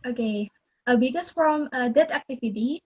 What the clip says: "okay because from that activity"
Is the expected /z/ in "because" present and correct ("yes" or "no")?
no